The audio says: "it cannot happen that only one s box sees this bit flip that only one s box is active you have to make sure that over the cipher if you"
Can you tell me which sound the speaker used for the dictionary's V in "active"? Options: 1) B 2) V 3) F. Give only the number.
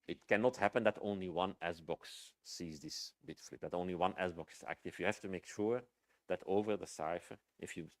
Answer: 3